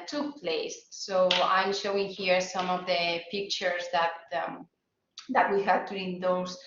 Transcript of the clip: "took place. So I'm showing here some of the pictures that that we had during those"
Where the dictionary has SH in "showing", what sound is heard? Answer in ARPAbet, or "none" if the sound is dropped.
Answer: SH